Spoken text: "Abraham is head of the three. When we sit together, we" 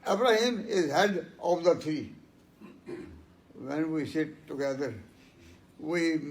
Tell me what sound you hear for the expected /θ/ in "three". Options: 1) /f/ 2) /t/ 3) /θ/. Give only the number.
2